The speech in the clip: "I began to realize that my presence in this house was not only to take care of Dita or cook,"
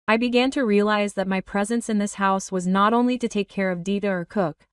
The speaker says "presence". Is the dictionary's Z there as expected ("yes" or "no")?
yes